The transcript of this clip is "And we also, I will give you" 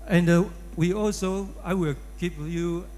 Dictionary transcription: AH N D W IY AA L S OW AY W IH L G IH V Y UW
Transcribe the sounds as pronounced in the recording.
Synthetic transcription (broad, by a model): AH N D W IY AA L S OW AY W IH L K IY P Y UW